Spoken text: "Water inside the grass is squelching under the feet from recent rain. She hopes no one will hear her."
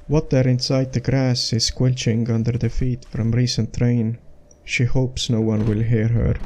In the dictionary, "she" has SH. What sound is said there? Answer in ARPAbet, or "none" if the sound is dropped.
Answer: SH